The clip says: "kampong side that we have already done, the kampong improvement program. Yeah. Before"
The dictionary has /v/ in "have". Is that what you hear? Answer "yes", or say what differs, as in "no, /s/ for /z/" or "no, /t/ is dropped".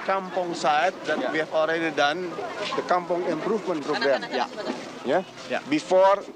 no, /f/ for /v/